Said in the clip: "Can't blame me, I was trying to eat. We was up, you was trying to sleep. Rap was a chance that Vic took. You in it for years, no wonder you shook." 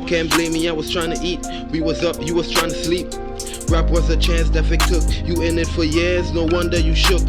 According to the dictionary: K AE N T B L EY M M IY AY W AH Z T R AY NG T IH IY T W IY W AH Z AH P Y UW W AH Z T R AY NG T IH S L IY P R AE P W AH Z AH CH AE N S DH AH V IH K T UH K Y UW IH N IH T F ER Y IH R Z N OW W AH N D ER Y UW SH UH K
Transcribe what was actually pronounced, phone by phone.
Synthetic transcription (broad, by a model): K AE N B L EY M M IY AY W AH Z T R AY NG T IH IY T W IY W AH Z AH P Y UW W AH Z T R AY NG T IH S L IY P R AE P W AH Z AH CH AE N S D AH F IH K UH K Y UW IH N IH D F ER Y IH R Z N OW W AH N D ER Y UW SH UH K